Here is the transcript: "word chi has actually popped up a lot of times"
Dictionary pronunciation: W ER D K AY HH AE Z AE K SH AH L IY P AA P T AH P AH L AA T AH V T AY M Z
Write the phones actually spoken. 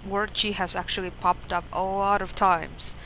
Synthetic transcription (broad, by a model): W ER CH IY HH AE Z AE K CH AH L IY P AA P T AH P AH L AA T AH V T AY M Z